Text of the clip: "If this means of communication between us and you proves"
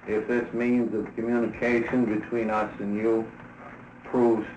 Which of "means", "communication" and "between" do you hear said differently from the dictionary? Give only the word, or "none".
none